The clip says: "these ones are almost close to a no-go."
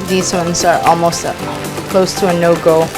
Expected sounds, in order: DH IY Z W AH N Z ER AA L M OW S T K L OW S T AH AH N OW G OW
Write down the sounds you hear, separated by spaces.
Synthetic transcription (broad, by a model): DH IY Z W AH N Z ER AA L M OW S T K L OW S T AH AH N OW G OW